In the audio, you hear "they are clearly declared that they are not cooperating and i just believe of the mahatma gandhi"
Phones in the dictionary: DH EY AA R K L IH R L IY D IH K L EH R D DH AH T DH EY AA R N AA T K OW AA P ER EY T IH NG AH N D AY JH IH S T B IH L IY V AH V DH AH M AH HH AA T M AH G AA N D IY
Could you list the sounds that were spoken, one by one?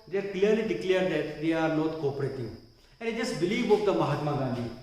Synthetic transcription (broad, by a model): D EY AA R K L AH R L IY D IH K L EH R D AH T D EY AA R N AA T K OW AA P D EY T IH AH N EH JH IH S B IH L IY B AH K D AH M AH HH AA T M AH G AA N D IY